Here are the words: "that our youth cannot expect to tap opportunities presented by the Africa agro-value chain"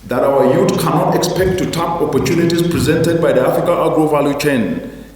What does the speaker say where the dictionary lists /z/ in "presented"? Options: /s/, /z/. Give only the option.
/z/